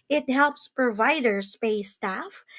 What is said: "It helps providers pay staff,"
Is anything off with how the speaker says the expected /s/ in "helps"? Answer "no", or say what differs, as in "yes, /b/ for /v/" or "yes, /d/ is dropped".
no